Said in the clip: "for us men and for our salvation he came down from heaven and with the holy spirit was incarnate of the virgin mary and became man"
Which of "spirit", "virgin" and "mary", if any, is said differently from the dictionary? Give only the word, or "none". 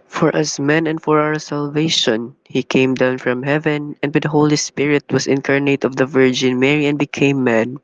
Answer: none